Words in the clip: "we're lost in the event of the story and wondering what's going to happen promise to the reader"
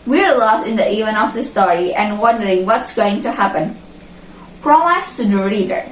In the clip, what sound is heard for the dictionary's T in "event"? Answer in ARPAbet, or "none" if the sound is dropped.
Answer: none